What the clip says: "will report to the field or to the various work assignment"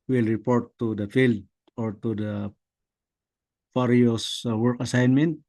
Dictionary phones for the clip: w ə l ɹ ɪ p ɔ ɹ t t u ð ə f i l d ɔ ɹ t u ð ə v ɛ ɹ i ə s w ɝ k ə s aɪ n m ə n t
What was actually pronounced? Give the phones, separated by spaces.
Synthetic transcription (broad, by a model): w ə l ɹ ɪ p ɔ ɹ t t u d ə f i l d ɔ ɹ t u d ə p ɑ ɹ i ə s w ɝ k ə s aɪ n m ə n t